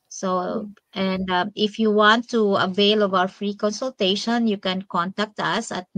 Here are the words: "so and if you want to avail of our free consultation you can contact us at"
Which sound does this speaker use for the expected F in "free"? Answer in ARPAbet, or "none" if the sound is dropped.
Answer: F